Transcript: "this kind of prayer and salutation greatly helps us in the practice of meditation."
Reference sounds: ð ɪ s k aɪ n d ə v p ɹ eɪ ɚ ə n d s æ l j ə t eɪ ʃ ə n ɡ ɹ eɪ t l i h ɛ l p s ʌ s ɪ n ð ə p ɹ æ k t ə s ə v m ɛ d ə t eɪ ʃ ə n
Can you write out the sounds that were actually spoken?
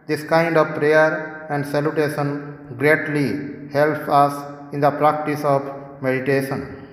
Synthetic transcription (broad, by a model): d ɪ s k aɪ n d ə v p ɹ eɪ ɚ ə n d s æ l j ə t eɪ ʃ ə n ɡ ɹ eɪ t l i h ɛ l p ʌ s ɪ n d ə p ɹ æ k t ə s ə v m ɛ d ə t eɪ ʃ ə n